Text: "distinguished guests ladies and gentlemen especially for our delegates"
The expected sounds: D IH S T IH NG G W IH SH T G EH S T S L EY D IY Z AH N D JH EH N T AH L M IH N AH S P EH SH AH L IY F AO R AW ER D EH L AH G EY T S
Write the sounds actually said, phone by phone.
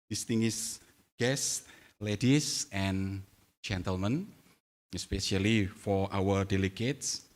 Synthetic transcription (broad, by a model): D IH S T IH NG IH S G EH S S L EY D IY S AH N JH EH N T AH L M IH N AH S P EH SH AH L IY F AO R AW ER D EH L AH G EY T S